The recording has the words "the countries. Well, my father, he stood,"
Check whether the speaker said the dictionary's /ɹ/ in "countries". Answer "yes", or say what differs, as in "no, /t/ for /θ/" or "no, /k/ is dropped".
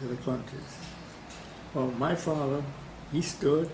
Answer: no, /ɹ/ is dropped